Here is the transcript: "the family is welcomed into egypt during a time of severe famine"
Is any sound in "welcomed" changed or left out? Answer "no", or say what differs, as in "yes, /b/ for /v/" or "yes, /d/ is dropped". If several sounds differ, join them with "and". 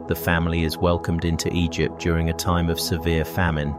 no